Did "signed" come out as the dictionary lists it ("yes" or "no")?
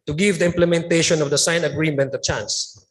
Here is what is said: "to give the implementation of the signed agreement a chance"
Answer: no